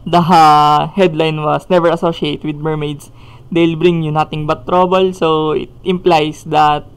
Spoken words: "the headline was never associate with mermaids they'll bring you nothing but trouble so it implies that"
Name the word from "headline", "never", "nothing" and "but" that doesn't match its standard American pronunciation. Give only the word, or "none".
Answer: nothing